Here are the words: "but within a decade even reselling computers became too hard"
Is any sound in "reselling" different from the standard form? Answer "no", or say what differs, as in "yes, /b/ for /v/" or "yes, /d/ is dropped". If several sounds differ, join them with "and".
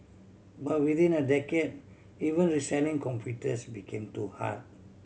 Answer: yes, /n/ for /l/